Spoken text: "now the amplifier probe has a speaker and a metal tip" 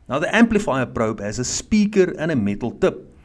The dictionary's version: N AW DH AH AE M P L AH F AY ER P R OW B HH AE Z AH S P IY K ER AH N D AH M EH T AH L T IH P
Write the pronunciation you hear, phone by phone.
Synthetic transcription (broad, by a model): N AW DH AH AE M P L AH F AY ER P R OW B HH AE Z AH S P IY K ER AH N AH M EH T AH L T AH P